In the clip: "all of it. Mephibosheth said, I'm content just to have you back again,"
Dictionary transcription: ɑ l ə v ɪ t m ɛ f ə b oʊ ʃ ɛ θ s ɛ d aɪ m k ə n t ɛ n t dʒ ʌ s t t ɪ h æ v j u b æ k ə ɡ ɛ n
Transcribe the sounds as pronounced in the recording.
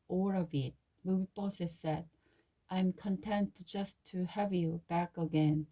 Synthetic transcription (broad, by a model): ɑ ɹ ə v ɪ t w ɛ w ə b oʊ s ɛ s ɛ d aɪ m k ə n t ɛ n t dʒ ʌ s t t ɪ h æ v j u b æ k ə ɡ ɛ n